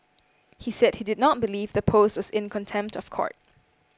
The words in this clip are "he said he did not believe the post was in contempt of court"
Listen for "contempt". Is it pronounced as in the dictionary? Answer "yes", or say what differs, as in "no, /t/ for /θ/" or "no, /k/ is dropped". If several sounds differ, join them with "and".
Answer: yes